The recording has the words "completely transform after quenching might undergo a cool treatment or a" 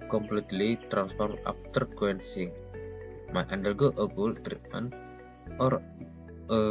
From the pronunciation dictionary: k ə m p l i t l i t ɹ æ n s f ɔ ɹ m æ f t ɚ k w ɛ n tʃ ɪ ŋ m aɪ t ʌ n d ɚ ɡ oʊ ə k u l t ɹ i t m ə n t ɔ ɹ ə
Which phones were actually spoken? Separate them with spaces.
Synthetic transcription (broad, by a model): k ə m p l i t l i t ɹ æ n s f ɔ ɹ m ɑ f t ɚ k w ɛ n s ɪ ŋ m aɪ t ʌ n d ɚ ɡ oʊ ə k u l t ɹ i t m ə n t ɔ ɹ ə